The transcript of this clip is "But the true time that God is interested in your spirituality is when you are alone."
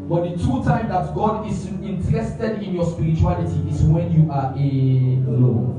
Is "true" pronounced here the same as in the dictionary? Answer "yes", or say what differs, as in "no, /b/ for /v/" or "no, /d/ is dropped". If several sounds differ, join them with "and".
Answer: no, /ɹ/ is dropped